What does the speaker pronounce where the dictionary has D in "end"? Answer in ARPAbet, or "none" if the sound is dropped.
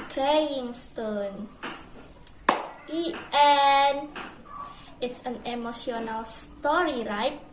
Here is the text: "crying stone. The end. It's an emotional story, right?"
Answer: none